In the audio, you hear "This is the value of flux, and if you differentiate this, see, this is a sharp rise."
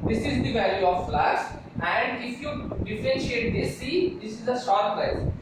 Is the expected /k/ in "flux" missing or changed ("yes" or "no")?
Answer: yes